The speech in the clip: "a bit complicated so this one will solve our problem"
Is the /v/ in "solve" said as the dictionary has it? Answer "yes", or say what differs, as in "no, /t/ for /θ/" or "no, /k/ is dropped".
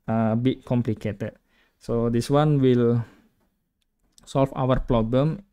no, /f/ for /v/